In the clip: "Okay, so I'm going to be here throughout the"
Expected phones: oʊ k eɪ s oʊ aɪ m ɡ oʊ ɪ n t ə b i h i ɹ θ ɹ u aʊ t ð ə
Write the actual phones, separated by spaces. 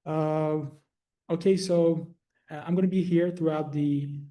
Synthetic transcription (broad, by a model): oʊ k eɪ s oʊ aɪ m ɡ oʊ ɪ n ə b i h i ɹ θ ɹ u aʊ t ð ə